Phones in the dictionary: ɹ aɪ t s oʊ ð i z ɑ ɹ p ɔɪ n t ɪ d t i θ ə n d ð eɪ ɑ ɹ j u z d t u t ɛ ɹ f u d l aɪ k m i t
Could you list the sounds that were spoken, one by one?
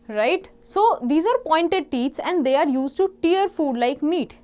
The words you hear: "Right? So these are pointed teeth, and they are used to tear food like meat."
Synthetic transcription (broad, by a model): ɹ aɪ t s oʊ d i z ɑ ɹ p ɔɪ n t ɪ d t i s ə n d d eɪ ɑ ɹ j u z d t u t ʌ ɹ f u d l aɪ k m i t